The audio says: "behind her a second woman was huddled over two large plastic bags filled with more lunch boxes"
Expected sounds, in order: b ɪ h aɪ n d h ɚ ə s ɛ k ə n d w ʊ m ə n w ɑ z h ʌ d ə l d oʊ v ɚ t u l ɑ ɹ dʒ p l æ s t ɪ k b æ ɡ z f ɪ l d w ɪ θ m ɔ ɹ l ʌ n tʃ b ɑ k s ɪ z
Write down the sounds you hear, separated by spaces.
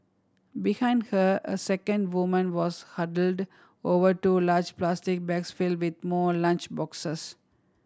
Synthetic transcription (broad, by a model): b ɪ h aɪ n d h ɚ ə s ɛ k ə n d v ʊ m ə n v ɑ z h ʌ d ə l d oʊ v ɚ t u l ɑ ɹ dʒ p l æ s t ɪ k b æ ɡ s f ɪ l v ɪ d m ɔ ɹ l ʌ n tʃ b ɑ k s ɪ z